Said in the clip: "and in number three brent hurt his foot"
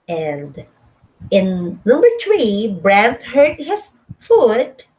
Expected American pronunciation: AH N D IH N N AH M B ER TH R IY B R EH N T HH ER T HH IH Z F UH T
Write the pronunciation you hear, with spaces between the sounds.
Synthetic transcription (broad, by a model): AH N D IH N N AH M B ER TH R IY B R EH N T HH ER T HH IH S F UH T